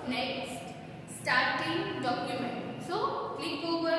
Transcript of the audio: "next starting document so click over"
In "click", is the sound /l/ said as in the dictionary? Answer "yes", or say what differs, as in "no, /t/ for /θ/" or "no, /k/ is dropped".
no, /l/ is dropped